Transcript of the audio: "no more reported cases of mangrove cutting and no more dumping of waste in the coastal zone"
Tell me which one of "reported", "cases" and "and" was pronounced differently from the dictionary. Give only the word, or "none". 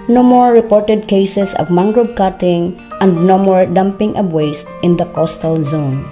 cases